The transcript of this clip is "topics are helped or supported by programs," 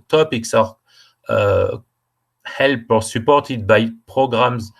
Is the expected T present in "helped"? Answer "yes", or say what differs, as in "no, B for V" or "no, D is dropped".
no, T is dropped